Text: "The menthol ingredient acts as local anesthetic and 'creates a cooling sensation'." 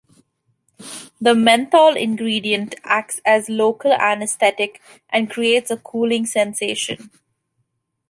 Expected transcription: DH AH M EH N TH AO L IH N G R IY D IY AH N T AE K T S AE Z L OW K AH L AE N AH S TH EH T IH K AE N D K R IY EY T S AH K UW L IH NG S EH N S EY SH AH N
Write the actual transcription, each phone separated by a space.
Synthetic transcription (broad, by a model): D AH M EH N T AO L IH N G R IY D IY AH N T AE K T S AE Z L OW K AH L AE N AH S T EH T IH K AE N D K R IY EY T S AH K UW L IH NG S EH N S EY SH AH N